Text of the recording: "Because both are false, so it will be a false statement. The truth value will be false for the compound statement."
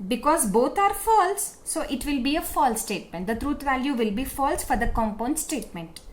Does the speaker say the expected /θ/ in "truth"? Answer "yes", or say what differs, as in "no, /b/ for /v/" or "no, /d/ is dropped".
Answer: no, /t/ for /θ/